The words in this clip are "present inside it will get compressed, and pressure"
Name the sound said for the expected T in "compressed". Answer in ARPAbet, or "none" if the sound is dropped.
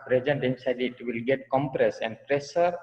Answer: none